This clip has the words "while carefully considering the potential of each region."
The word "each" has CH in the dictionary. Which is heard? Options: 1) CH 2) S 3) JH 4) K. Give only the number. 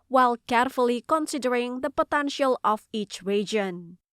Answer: 1